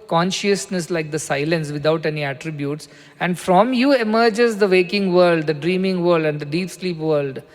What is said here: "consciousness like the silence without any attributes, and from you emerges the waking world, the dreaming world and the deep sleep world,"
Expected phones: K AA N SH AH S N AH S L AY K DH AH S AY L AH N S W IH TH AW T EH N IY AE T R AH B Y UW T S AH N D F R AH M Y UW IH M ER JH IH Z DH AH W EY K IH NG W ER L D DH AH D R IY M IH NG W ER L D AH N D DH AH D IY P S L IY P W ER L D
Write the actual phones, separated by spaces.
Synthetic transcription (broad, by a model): K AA N SH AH S N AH S L AY K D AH S AY L AH N S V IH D AW T EH N IY AE T R AH B Y UW T S AH N D F R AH M Y UW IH M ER JH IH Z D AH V EY K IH NG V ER L D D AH D R IY M IH NG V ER L D AH N D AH D IY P S L IY P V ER L D